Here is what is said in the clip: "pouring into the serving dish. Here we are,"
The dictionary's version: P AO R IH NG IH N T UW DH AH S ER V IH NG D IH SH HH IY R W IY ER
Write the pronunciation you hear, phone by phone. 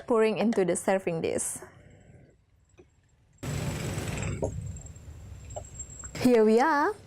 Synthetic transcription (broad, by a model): P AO R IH NG IH N T UW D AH S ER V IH NG D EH S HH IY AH W IY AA